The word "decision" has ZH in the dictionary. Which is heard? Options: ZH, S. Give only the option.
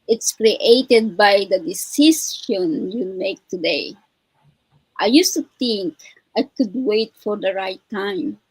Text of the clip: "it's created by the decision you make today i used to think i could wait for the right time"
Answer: S